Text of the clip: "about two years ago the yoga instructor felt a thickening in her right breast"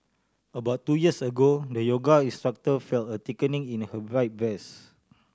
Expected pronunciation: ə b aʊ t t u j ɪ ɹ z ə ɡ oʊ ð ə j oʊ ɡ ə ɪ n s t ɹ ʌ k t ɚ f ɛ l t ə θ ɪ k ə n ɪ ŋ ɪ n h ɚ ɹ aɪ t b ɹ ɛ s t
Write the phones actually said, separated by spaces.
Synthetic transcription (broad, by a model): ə b aʊ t t u j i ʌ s ə ɡ oʊ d ə j oʊ ɡ ə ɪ n s t ɹ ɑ k t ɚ f ɛ l t ə t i k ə n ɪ ŋ ɪ n h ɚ ɹ aɪ t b ɛ s